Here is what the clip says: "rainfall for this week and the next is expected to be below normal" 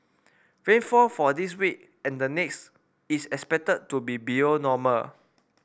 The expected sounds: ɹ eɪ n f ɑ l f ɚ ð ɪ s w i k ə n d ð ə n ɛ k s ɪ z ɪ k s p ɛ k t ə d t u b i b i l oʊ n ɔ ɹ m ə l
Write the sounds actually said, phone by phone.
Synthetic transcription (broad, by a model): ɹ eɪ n f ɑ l f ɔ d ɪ s w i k ə n d ə n ɛ k s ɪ s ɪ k s p ɛ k t ə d t u b i b i oʊ n ɔ m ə l